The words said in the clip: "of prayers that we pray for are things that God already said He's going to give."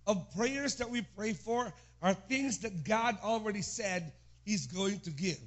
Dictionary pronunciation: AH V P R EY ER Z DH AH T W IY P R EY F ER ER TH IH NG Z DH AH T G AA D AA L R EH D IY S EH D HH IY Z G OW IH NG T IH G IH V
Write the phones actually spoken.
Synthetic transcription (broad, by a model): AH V P R EY ER Z DH AH T W IY P R EY F ER ER TH IH NG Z DH AH T G AA D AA L R EH D IY S EH D HH IY Z G OW IH NG T IH G IH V